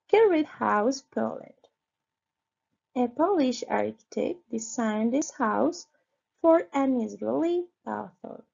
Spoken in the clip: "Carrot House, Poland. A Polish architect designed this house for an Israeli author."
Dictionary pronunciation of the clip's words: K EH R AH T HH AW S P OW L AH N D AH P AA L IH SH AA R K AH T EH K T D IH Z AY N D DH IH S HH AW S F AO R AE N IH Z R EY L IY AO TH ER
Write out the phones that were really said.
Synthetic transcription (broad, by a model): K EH R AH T HH AW S P OW L AH N D AH P AA L IH SH AA R K AH T EH K T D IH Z AY N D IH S HH AW S F AO R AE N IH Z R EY L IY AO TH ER